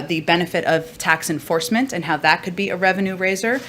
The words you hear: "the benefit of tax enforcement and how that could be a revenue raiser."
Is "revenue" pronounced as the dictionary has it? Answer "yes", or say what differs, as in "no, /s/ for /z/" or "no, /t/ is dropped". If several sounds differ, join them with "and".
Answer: yes